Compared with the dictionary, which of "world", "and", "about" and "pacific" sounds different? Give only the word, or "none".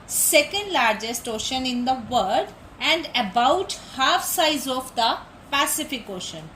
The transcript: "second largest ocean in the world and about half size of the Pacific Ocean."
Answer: world